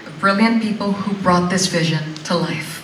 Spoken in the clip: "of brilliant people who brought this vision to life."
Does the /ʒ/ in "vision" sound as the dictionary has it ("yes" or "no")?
yes